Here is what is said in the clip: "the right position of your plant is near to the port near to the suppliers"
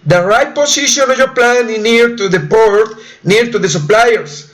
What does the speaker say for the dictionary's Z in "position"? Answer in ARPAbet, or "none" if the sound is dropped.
S